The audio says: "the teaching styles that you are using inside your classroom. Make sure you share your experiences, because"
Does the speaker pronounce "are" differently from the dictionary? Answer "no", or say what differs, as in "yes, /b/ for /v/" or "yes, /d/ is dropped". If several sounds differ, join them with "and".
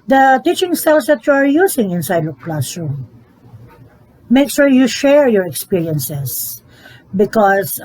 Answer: no